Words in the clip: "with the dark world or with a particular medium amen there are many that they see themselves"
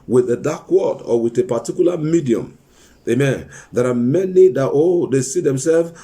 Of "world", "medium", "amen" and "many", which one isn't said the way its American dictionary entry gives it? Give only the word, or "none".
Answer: world